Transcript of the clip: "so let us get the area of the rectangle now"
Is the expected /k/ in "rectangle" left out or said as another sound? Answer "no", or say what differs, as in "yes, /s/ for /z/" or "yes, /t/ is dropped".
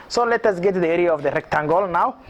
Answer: no